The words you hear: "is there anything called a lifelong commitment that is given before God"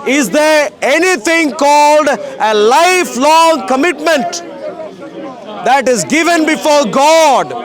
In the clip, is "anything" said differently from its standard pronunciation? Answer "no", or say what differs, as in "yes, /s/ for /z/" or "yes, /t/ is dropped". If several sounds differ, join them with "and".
yes, /t/ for /θ/